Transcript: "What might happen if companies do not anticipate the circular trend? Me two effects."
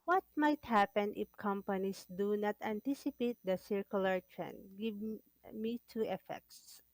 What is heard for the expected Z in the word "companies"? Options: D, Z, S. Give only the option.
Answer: S